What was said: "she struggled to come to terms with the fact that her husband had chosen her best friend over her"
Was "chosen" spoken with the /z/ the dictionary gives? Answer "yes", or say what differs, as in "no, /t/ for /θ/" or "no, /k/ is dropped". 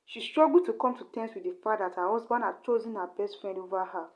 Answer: yes